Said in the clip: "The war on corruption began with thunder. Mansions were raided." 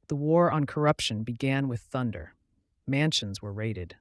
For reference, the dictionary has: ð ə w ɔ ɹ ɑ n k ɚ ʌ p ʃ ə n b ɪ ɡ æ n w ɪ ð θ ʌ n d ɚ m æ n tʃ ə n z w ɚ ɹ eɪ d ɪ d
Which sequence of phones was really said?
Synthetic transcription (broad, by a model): ð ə w ɔ ɹ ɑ n k ɚ ʌ p ʃ ə n b ɪ ɡ æ n w ɪ ð θ ʌ n d ɚ m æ n ʃ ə n z w ɚ ɹ eɪ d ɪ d